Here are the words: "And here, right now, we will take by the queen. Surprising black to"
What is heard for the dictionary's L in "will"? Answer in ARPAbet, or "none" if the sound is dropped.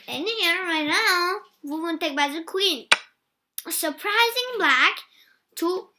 N